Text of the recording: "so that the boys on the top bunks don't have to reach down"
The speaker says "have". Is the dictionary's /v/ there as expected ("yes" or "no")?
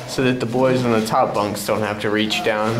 no